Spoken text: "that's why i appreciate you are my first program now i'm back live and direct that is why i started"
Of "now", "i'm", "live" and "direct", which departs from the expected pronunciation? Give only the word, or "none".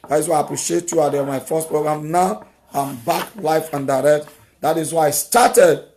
live